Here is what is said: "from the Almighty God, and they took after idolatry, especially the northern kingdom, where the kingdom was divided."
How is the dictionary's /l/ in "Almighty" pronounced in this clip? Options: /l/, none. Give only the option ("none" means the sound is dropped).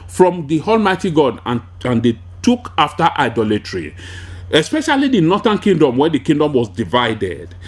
/l/